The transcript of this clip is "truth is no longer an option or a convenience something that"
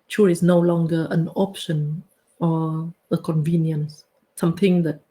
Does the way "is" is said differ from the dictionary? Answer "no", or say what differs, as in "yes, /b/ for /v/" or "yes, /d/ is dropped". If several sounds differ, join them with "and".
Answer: yes, /s/ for /z/